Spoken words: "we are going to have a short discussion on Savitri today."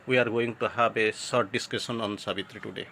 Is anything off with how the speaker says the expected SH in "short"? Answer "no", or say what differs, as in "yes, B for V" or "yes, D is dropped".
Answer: yes, S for SH